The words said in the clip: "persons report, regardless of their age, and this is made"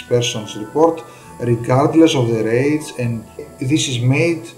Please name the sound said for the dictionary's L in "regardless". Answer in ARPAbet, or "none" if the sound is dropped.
L